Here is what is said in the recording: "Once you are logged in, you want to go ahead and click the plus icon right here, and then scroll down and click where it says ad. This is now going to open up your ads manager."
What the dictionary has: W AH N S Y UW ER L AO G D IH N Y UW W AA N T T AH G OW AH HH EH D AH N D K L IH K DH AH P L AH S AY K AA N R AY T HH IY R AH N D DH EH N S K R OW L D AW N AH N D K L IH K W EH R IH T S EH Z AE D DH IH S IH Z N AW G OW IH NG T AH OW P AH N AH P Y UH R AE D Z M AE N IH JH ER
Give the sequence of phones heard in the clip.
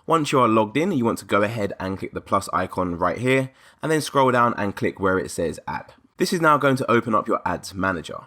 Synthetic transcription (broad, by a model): W AH N S Y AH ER L AO G D IH N Y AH W AA N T T AH G OW AH HH EH D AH N K L IH K DH AH P L AH S AY K AA N R AY T HH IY R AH N DH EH N S K R OW L D AW N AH N K L IH K W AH R IH T S EH Z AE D DH IH S IH Z N AW G OW IH NG T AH OW P AH N AH P Y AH R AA D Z M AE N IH JH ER